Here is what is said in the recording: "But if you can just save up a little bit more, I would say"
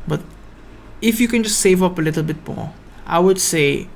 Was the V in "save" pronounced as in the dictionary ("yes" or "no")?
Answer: yes